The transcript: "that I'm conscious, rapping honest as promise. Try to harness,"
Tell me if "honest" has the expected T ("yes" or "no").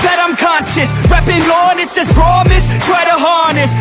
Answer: no